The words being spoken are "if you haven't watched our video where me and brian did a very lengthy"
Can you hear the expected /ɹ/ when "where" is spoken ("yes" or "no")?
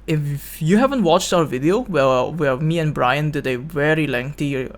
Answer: no